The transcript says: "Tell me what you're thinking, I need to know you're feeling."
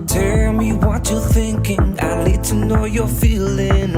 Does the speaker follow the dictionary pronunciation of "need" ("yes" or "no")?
no